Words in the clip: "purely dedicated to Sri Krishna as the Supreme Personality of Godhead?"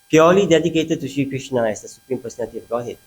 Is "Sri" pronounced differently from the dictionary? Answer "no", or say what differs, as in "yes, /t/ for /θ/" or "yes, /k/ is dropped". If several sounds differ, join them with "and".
yes, /ɹ/ is dropped